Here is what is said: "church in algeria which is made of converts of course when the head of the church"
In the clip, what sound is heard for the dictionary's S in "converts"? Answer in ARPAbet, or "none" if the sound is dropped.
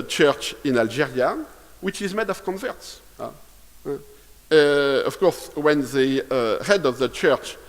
S